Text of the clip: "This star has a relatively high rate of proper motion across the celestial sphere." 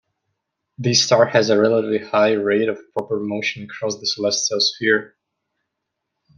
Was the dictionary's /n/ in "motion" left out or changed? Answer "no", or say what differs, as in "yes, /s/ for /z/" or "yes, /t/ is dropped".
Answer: no